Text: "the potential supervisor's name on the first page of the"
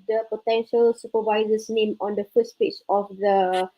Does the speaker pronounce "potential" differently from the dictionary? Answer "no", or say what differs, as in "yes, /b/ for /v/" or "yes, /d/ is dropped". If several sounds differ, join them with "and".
no